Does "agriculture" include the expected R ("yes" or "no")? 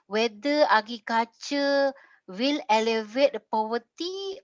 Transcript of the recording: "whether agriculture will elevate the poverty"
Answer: no